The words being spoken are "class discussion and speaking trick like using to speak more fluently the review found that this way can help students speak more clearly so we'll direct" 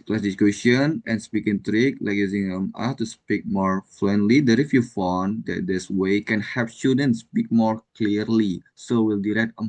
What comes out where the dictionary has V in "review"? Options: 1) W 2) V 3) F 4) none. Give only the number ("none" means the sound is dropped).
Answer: 3